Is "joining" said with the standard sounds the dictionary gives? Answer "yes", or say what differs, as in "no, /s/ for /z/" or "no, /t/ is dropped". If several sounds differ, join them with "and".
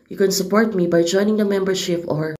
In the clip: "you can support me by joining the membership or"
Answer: yes